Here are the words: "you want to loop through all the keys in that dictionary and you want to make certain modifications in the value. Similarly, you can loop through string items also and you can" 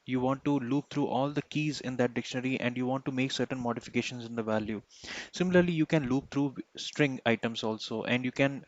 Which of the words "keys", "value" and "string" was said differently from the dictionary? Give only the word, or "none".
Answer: none